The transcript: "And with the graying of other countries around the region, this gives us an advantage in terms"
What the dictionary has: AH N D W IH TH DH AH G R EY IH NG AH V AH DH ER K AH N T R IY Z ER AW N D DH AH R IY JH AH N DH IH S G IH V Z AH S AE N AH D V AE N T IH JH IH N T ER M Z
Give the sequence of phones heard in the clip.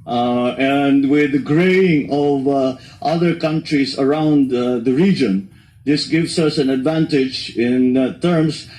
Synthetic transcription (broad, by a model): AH N D W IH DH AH G R EY IH NG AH V AH DH ER K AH N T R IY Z ER AW N D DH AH R IY JH AH N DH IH S G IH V S AH S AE N AH D V AE N T IH JH IH N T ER M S